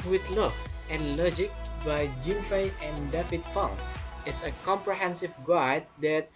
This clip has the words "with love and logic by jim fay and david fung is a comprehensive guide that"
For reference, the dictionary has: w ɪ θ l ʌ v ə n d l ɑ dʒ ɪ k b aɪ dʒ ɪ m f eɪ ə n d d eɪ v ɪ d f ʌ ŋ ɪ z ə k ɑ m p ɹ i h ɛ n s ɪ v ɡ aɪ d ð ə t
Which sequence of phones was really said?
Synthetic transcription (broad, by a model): w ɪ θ l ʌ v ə n l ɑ dʒ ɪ k b aɪ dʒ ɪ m f eɪ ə n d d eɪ f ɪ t f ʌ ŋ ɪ s ə k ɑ m p ɹ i h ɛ n s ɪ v ɡ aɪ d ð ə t